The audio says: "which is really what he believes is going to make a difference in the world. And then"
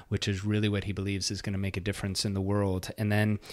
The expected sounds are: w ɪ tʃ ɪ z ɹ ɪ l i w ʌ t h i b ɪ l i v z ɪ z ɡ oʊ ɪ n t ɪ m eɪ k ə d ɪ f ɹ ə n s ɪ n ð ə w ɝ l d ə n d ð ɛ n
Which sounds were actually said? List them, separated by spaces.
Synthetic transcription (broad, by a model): w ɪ tʃ ɪ z ɹ ɪ l i w ʌ t h i b ɪ l i v z ɪ z ɡ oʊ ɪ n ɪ m eɪ k ə d ɪ f ɹ ə n s ɪ n ð ə w ɝ l d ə n ð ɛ n